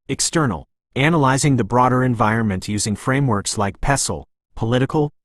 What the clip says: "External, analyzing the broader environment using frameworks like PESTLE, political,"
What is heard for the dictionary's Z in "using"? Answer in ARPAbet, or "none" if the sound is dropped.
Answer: Z